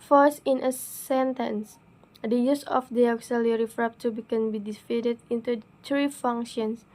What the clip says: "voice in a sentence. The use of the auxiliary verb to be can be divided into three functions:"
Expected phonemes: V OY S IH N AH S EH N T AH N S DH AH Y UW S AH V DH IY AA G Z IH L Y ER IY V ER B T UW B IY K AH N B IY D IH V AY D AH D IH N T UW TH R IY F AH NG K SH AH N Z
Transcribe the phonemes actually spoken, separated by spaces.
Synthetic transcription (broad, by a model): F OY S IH N AH S EH N T AH N S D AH Y UW S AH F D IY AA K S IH L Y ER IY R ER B T UW B IY K AH N B IY D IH F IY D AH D IH N T UW T R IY F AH NG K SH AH N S